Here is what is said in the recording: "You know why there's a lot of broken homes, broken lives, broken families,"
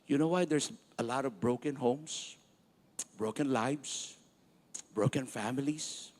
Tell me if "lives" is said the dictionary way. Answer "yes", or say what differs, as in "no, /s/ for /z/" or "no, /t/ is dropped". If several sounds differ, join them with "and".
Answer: no, /s/ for /z/